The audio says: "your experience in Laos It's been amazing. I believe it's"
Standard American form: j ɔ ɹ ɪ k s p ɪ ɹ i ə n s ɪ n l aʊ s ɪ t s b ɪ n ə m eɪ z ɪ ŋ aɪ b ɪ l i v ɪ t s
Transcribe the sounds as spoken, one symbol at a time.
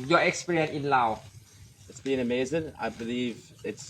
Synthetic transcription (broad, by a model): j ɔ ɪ k s p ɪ ɹ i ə n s ɪ n l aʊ ɪ t s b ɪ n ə m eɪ z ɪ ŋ aɪ b ɪ l i v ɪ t s